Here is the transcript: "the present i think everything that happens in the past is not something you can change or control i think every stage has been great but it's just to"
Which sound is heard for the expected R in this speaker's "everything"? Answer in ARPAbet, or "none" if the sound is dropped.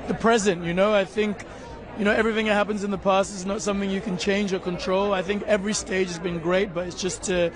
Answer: R